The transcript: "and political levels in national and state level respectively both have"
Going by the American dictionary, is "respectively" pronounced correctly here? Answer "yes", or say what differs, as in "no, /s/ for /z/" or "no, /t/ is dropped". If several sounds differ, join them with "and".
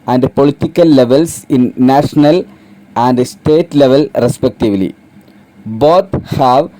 yes